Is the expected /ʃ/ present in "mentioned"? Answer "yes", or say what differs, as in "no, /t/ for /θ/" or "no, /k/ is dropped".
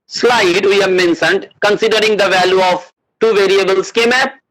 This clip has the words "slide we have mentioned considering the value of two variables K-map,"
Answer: no, /s/ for /ʃ/